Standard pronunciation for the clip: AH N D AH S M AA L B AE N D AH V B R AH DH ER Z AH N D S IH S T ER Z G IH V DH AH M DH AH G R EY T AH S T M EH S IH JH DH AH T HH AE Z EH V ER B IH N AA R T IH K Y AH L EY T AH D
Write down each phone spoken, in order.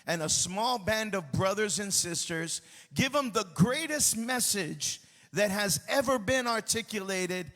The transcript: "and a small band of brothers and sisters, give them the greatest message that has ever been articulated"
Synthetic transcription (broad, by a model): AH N AH S M AA L B AE N D AH V B R AH DH ER Z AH N S IH S T ER Z G IH V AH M DH AH G R EY T AH S T M EH S IH JH DH AH T HH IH Z EH V ER B IH N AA R T IH K Y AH L EY T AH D